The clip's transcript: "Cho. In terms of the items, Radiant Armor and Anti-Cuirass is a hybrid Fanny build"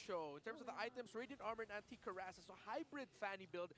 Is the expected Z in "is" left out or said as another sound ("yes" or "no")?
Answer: yes